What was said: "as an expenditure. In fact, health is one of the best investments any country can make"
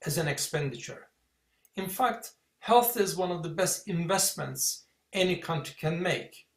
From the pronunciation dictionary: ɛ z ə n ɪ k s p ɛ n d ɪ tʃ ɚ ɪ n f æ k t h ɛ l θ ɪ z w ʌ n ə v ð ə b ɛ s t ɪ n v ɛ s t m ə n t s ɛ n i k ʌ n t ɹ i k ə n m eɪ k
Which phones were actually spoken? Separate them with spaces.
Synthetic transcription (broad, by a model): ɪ z ə n ɪ k s p ɛ n d ɪ tʃ ɚ ɪ n f æ k t h ɛ l θ ɪ z w ʌ n ə v ð ə b ɛ s t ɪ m v ɛ s t m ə n t s ɛ n i k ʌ n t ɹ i k ə n m eɪ k